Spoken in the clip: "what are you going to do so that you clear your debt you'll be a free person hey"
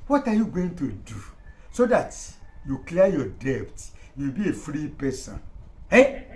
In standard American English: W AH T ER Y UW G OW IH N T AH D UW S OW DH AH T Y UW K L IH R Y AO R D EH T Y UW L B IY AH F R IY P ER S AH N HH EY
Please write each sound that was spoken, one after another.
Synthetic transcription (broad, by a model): W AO T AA Y UW G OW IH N T AH D UW S OW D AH T Y UW K L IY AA Y AO D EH T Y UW W B IY AH F R IY P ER S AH N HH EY